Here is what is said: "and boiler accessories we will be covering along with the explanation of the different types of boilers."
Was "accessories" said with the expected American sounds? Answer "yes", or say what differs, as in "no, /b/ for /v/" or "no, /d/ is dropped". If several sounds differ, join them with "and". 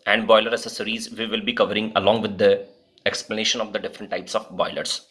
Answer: no, /k/ is dropped